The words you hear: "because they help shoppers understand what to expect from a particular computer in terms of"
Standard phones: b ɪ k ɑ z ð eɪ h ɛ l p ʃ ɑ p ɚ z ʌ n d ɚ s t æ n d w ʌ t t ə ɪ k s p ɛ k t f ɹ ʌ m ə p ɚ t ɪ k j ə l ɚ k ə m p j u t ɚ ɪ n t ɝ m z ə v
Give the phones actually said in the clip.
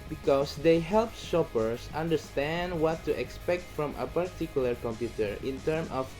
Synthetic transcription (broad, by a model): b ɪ k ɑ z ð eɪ h ɛ l p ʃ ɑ p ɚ s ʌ n d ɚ s t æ n d w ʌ t t ə k s p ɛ k t f ɹ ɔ m ə p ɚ t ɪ k j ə l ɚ k ə m p j u t ɚ ɪ n t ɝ m ə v